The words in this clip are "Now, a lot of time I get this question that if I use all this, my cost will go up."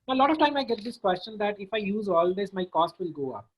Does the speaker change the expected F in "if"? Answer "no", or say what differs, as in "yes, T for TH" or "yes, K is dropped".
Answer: no